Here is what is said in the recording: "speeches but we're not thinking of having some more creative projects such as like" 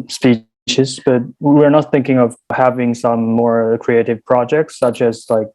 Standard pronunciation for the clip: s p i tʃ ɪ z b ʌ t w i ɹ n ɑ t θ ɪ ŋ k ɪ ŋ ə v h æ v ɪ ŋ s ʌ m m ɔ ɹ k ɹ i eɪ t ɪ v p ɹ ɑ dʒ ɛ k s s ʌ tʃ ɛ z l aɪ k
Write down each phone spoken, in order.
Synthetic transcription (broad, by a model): s p i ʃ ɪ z b ʌ t w i ɹ n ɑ t θ ɪ ŋ k ɪ ŋ ə v h æ v ɪ ŋ s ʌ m m ɔ ɹ k ɹ i eɪ t ɪ v p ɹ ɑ dʒ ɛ k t s ʌ tʃ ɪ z l aɪ k